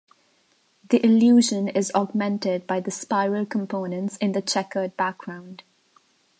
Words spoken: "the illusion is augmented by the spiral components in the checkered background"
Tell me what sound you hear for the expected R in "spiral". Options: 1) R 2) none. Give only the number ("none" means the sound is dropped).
1